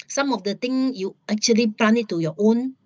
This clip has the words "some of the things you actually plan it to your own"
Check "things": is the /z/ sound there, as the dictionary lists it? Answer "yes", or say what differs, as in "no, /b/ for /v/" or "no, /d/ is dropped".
no, /z/ is dropped